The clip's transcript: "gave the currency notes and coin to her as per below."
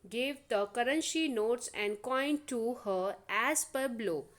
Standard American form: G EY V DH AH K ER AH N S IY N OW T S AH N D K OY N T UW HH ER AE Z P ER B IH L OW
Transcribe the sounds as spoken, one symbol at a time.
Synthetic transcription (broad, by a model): G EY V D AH K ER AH N SH IY N OW T S AH N D K OY N T UW HH ER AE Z P ER B L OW